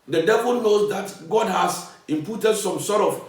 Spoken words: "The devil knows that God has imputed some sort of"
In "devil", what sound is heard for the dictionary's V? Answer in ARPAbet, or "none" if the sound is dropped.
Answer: V